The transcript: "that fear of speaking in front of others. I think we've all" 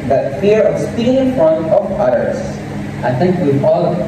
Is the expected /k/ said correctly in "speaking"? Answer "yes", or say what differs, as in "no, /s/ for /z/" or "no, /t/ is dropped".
no, /k/ is dropped